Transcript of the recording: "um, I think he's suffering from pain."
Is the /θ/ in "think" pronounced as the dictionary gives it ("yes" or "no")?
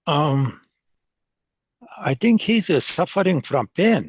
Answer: yes